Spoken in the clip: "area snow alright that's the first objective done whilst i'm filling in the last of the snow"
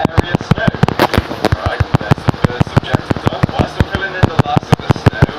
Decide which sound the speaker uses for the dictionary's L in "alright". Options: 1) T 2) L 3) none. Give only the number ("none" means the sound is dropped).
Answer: 3